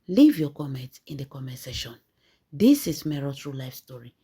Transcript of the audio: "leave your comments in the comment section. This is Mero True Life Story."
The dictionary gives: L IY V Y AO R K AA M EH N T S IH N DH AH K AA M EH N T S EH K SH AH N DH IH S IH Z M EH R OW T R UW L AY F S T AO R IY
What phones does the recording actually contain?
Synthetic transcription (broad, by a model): L IY V Y AO K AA M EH N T IH N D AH K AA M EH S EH SH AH N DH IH S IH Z M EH R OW T R UW L AY F S T AO R IY